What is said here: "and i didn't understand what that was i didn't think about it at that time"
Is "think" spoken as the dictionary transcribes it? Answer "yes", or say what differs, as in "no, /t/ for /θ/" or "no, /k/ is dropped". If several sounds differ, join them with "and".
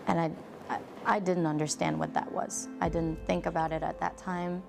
yes